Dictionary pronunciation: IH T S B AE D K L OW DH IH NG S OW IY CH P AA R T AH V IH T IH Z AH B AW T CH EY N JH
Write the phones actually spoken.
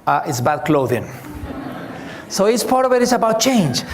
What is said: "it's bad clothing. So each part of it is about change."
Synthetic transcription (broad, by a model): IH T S B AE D K L OW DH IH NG S OW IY S P AA R T AH V IH T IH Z AH B AW T CH EY N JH